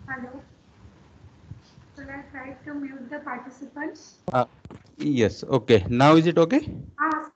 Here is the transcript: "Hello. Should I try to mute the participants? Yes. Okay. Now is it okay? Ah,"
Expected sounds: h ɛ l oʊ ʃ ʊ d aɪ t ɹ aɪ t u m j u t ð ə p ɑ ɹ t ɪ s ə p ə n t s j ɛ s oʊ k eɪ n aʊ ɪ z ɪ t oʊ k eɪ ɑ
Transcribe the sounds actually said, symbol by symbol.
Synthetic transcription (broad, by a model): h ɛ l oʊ s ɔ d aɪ t ɹ aɪ t u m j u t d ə p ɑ ɹ t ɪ s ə p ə n t s j ɛ s oʊ k eɪ n aʊ ɪ z ɪ t oʊ k eɪ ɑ